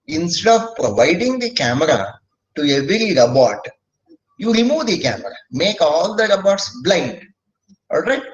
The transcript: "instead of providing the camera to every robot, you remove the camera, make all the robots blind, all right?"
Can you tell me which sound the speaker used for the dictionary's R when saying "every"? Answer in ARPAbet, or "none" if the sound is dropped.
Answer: R